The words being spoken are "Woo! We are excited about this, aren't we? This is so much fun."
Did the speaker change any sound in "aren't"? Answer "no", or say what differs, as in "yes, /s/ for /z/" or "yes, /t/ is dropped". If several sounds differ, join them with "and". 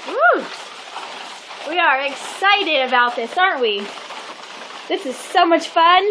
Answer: no